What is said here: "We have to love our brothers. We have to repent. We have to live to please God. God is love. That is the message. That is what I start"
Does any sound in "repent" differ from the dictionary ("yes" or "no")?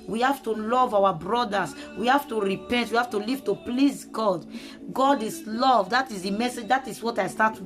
no